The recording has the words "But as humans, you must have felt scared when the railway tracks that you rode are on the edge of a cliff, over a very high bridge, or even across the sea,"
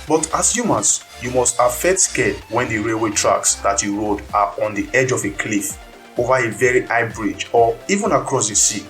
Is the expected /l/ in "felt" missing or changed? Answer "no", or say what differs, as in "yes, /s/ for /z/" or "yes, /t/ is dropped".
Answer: yes, /l/ is dropped